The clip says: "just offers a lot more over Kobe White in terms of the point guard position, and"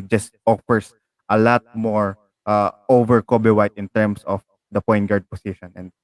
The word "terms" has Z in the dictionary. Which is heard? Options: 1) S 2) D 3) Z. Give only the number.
1